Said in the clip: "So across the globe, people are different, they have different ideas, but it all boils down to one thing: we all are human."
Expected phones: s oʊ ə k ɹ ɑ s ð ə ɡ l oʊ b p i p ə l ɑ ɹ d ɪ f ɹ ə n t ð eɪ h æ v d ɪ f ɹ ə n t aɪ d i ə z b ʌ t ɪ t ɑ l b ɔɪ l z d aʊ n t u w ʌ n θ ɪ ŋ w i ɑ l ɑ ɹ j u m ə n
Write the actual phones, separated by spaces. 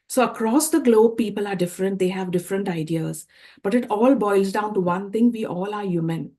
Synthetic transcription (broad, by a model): s oʊ ə k ɹ ɑ s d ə ɡ l oʊ b p i p ə l ɑ ɹ d ɪ f ɹ ə n t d eɪ h æ v d ɪ f ɹ ə n t aɪ d i ə z b ʌ t ɪ t ɑ l b ɔɪ l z d aʊ n t u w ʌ n t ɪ ŋ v i ɑ l ɑ ɹ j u m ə n